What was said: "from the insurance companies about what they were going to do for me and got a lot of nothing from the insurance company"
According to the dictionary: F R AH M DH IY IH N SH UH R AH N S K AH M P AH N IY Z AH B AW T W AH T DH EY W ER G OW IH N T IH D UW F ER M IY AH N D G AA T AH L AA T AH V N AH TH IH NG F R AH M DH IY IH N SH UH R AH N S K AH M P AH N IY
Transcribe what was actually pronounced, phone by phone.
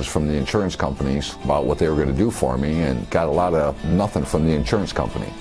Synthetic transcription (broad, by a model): F R AH M DH IY IH N SH UH R AH N S K AH M P AH N IY Z AH B AW T W AH T DH EY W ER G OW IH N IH D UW F ER M IY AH N G AA T AH L AA T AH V N AH TH IH NG F R AH M DH IY IH N SH UH R AH N S K AH M P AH N IY